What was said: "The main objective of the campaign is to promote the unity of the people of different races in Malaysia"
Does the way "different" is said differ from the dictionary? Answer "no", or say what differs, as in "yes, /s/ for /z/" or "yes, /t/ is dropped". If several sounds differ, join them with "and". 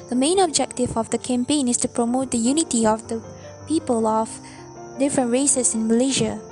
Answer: no